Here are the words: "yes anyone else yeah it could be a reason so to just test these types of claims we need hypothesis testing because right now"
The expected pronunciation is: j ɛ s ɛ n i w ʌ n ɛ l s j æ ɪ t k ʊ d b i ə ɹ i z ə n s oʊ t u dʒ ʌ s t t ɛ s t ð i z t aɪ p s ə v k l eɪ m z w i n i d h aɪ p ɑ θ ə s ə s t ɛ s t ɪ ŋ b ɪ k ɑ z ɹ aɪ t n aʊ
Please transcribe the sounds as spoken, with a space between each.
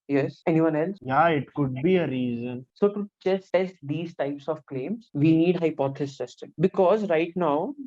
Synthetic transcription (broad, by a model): j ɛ s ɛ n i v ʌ n ɛ l s j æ ɪ t k ʊ d b i ə ɹ i z ə n s oʊ t u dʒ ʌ s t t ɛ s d i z t aɪ p s ə v k l eɪ m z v i n i d h aɪ p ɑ t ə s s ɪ s t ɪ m b ɪ k ɑ z ɹ aɪ t n aʊ